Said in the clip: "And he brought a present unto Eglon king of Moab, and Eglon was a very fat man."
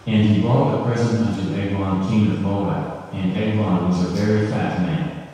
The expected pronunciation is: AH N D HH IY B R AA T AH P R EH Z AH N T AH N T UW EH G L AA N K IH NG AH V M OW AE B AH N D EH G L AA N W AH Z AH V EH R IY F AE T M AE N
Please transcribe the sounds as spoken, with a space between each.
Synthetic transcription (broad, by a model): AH N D IY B AA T AH P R EH Z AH T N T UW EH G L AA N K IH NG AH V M OW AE AH N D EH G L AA N W AH Z AH V EH R IY F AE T M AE N